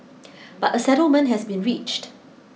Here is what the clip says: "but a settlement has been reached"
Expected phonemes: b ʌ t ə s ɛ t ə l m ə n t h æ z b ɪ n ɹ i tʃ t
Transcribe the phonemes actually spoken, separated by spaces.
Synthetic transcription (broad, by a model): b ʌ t ə s ɛ t ə l m ə n t h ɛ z b ɪ n ɹ i tʃ t